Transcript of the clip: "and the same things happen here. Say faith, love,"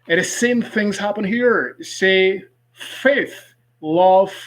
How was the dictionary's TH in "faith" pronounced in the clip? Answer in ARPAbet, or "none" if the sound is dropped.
TH